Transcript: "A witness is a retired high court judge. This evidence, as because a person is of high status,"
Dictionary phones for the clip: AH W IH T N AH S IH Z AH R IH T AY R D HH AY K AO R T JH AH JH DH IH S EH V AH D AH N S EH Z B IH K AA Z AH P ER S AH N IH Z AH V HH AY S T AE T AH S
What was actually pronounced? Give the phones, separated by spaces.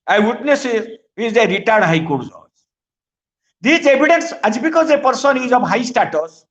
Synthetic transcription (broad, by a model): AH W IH T N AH S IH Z AH R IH T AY R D HH AY K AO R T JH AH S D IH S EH B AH D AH N S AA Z B IH K AA Z AH P ER S AH N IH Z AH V HH AY S T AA T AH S